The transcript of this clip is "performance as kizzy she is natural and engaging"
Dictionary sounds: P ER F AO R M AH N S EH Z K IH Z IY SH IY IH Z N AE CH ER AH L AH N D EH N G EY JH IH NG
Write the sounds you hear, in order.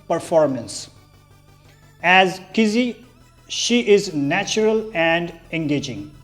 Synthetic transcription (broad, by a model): P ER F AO R M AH N S EH Z K IH Z IY SH IY IH Z N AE CH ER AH L AH N D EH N G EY JH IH NG